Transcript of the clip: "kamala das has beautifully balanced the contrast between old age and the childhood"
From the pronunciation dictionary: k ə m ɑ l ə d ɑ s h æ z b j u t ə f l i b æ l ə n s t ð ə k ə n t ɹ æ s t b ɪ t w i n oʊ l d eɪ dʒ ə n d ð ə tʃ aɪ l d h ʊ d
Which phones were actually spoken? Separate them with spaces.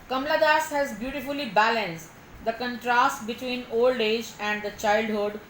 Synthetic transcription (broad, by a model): k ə m l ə d ɑ s h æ z b j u t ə f l i b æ l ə n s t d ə k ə n t ɹ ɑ s t b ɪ t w i n oʊ l d eɪ dʒ ə n d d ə tʃ aɪ l d h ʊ d